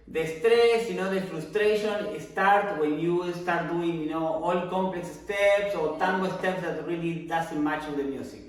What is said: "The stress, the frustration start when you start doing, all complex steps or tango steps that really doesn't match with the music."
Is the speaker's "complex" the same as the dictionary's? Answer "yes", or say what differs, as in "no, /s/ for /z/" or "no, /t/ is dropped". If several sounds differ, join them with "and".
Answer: yes